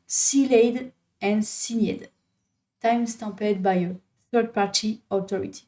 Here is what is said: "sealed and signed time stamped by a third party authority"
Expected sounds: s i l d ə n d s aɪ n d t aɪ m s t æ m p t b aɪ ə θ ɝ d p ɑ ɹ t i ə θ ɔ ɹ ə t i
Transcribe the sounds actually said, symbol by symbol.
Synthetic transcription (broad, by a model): s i l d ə n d s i n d t aɪ m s t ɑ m p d b aɪ ə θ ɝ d p ɑ ɹ t i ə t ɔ ɹ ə t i